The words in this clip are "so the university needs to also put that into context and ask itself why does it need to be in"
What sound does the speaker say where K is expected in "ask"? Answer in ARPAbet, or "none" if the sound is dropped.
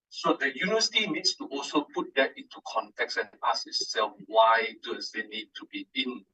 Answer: none